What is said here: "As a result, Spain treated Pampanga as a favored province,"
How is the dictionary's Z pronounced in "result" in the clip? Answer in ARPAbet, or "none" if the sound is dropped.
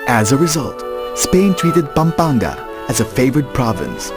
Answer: Z